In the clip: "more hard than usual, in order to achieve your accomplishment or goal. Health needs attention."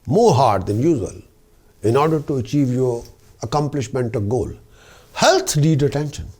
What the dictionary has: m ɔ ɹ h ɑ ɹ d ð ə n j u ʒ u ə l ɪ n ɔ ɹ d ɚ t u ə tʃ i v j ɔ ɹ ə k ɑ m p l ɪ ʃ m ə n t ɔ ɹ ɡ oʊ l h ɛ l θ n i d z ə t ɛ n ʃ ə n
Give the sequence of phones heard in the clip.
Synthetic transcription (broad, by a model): m ɔ ɹ h ɑ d d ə n j u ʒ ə l ɪ n ɔ ɹ d ɚ t u ə tʃ i v j ɔ ɹ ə k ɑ m p l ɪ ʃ m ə n t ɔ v ɡ oʊ l h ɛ l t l i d ə t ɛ n ʃ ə n